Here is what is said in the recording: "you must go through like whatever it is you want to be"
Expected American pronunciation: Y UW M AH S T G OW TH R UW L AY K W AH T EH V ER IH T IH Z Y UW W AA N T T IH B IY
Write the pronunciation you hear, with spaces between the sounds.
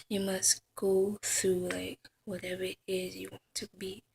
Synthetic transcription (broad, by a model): Y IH M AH S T G OW TH R UW L AY K W AH T EH V ER IH T IH Z Y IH W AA N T T IH B IY